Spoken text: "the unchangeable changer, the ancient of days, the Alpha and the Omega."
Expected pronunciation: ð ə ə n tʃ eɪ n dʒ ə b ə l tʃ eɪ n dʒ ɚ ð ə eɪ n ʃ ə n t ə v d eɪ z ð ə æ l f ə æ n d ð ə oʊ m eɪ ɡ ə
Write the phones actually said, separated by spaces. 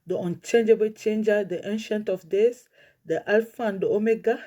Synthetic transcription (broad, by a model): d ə ə n tʃ eɪ n dʒ ə b ə l tʃ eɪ n dʒ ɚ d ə eɪ n ʃ ə n t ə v d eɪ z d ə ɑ l f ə n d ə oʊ m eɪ ɡ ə